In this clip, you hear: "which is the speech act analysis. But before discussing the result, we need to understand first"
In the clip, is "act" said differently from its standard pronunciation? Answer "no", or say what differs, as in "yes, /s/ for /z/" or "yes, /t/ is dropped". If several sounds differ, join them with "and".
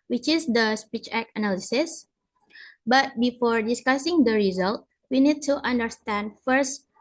yes, /t/ is dropped